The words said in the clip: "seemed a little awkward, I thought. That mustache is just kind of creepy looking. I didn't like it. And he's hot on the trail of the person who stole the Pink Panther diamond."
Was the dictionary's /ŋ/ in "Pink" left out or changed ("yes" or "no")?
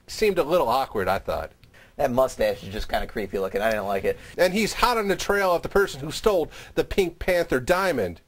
no